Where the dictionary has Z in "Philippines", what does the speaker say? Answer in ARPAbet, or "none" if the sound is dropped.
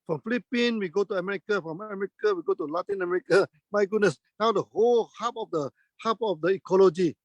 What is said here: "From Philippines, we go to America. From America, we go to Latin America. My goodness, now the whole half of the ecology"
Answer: none